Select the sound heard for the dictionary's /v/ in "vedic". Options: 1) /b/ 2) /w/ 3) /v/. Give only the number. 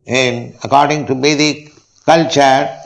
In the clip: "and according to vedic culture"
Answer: 1